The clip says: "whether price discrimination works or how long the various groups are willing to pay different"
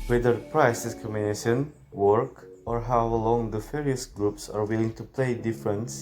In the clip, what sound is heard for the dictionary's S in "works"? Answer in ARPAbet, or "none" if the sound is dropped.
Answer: none